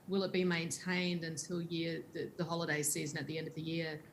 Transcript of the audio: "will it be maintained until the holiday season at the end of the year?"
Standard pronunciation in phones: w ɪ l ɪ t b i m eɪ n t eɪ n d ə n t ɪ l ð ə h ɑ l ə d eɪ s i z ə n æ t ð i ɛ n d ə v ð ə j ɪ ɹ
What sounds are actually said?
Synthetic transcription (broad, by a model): w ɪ l ɪ t b i m eɪ n t eɪ n d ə n t ɪ l ð ə h ɑ l ə d eɪ s i z ə n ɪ t ð i ɛ n d ə v ð ə j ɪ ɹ